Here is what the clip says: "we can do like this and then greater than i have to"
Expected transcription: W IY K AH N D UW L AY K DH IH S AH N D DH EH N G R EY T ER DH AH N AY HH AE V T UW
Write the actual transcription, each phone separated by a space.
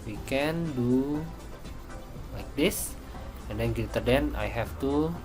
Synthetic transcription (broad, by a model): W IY K AH N D UW L AY K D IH S AH N D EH N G EY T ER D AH N AY HH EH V T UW